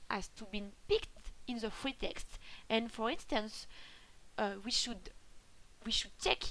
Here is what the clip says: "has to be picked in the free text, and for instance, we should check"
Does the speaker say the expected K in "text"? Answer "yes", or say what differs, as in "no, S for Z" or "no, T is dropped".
yes